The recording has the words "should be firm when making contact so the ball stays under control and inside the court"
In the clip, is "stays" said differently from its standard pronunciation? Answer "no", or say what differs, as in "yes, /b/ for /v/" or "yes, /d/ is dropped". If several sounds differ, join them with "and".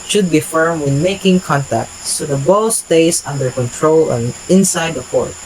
yes, /s/ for /z/